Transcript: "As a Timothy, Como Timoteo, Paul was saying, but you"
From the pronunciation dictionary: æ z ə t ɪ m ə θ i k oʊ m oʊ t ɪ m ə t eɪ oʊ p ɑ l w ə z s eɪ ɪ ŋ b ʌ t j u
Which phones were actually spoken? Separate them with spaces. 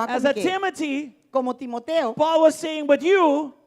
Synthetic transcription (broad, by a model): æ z ə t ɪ m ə t i k oʊ m oʊ t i m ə t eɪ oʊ p ɑ l w ə z s eɪ ɪ ŋ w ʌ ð j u